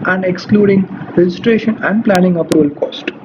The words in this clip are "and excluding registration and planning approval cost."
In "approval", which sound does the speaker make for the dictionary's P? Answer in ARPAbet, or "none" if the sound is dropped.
P